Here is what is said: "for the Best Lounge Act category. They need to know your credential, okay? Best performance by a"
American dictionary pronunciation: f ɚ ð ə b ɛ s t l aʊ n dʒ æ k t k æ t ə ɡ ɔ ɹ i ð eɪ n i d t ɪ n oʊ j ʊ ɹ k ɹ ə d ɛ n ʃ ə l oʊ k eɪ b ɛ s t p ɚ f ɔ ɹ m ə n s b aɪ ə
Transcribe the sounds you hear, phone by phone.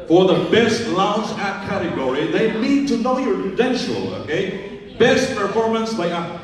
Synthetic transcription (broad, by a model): f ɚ ð ə b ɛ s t l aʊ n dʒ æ t k æ t ə ɡ ɔ ɹ i ð eɪ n i d t ɪ n oʊ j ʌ ɹ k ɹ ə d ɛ n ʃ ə l oʊ k eɪ b ɛ s t p ɚ f ɔ ɹ m ə n s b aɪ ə